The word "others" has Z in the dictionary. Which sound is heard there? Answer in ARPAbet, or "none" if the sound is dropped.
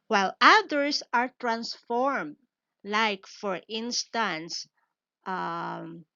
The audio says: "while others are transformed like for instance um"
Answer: S